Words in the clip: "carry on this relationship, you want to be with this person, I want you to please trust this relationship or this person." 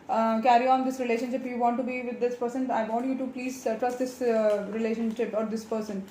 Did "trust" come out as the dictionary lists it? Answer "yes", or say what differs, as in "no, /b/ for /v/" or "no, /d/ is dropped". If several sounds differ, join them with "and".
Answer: yes